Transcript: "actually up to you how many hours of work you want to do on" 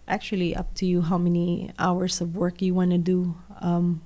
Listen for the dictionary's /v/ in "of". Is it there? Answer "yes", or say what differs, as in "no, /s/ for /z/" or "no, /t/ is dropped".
yes